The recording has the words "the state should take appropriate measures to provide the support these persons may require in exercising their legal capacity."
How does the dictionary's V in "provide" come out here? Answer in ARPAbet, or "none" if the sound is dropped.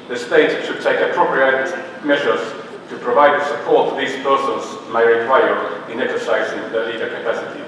V